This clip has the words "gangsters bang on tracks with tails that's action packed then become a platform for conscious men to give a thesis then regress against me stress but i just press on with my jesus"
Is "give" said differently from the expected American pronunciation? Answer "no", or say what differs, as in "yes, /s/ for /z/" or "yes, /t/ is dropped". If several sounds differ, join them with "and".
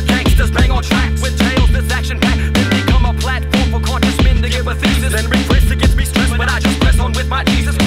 yes, /b/ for /v/